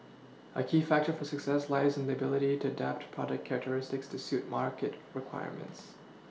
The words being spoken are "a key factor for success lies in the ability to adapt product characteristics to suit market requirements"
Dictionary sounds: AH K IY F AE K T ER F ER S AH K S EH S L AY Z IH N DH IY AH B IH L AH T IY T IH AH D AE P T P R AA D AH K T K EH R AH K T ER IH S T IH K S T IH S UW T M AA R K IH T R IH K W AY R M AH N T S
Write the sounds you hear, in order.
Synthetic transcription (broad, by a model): AH K IY F AE K T ER F ER S AH K S EH S L AY Z IH N DH IY AH B IH L AH T IY T IH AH D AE P T P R AA D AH K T K EH R AH K T ER IH S T IH K S T IH S UW T M AA R K IH T R IH K W AY R M AH N T S